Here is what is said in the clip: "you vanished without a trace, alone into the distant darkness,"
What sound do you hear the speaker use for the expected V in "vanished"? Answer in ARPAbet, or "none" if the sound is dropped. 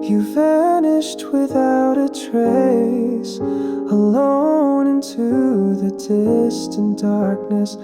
F